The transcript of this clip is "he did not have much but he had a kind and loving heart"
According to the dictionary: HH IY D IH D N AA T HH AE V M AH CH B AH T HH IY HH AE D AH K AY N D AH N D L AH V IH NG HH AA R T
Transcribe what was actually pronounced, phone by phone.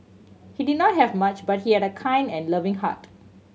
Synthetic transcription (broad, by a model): HH IY D IH D N AA T HH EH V M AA CH B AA T HH IY HH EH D AH K AY N D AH N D L AH V IH NG HH AA T